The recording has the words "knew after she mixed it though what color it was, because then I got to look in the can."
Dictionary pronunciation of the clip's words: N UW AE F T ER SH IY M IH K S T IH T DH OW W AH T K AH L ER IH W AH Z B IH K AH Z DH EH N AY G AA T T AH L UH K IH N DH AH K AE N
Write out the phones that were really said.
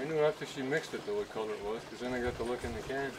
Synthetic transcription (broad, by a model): N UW AE F T ER SH IY M IH K S T IH T DH OW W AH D K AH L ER IH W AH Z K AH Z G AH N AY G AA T T AH L UH K IH N DH AH K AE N